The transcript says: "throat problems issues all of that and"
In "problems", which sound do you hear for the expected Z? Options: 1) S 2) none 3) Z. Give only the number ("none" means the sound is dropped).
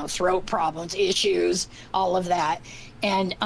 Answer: 3